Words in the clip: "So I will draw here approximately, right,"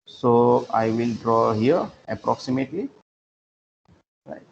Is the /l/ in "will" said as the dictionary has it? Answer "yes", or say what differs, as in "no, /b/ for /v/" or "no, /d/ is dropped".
yes